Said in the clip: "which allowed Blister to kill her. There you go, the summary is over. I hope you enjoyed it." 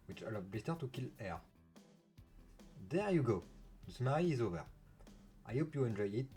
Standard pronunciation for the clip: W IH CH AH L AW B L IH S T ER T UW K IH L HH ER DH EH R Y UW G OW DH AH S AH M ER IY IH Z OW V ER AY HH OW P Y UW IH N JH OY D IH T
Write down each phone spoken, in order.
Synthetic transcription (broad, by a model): W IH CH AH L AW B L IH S T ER T UW K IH L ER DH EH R Y UW G OW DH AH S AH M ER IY IH Z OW V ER AY HH OW P Y UW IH N JH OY IH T